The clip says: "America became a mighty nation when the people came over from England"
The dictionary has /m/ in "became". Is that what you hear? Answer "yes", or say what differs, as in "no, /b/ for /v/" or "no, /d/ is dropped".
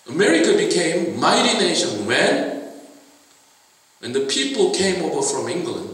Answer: no, /m/ is dropped